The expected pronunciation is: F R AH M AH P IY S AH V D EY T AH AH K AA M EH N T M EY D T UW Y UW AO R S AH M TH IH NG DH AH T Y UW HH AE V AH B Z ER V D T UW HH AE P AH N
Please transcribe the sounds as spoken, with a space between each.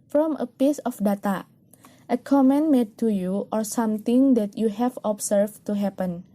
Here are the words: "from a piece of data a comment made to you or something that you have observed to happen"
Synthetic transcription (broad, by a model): F R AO M AH P IY S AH F D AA T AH AH K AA M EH N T M EY D T UW Y UW AO R S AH M T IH NG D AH T Y UW HH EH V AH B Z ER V T UW HH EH P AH N